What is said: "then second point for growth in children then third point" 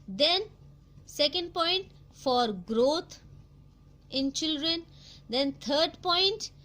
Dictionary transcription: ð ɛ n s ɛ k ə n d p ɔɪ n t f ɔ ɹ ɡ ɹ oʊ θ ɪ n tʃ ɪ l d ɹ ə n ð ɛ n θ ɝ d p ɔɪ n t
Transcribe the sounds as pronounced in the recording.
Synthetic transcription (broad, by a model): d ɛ n s ɛ k ə n d p ɔɪ n t f ɔ ɹ ɡ ɹ oʊ t ɪ n tʃ ɪ l d ɹ ə n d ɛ n t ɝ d p ɔɪ n t